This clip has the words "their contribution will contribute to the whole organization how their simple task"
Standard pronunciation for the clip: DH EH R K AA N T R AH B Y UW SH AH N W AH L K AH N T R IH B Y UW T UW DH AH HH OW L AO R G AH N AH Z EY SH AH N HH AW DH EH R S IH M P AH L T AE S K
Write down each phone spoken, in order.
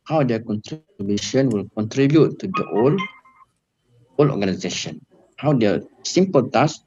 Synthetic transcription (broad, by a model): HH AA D K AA N T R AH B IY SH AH N W AH L K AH N T R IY B Y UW T UW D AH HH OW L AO L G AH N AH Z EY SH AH N HH AW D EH S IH M P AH L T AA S